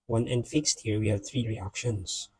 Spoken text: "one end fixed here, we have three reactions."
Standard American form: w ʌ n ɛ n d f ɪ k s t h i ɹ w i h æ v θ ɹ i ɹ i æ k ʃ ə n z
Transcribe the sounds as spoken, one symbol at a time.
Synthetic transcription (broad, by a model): w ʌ n ɛ n d f ɪ k s t h i ɹ w i h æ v θ ɹ i ɹ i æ k ʃ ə n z